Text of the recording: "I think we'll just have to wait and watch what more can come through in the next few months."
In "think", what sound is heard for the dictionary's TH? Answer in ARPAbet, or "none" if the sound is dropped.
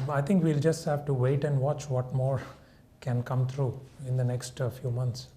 T